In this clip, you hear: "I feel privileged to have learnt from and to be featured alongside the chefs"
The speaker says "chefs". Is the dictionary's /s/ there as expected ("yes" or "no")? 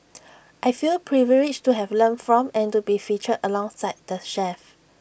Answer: no